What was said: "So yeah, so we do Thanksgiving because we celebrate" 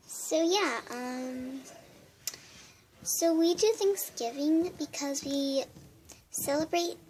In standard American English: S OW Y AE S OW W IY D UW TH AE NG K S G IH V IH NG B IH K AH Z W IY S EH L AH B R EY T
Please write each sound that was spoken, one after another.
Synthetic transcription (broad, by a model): S OW Y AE S OW W IY D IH TH AE NG K S G IH V IH NG B IH K AH Z W IY S EH L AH B R EY T